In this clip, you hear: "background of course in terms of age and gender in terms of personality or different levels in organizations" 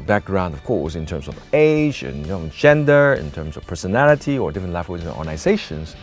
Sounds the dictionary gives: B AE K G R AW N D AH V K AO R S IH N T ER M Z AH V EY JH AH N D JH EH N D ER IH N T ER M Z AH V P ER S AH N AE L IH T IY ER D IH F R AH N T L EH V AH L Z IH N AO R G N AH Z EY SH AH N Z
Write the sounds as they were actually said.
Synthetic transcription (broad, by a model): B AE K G R AW N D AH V K AO R S IH N T ER M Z AH V EY JH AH N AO JH EH N D ER IH N T ER M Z AH V P ER S AH N AE L IH T IY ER D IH F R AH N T L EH W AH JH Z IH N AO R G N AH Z EY SH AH N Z